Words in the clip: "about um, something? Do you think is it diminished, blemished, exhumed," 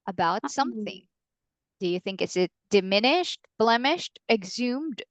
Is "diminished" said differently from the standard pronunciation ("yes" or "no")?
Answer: no